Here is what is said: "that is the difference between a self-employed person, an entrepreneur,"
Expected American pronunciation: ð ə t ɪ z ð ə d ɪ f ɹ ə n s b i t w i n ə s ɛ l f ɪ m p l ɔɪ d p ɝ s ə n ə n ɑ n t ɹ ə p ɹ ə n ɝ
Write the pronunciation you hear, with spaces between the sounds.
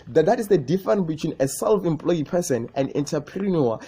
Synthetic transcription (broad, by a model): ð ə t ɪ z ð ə d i f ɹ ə n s b i t w i n ə s ɛ l f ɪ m p l ɔɪ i p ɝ s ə n ə n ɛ n t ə p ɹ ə n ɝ